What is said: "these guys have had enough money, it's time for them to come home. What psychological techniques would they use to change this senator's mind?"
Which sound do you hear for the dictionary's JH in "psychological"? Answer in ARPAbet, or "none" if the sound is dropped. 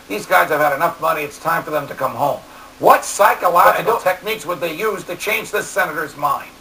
none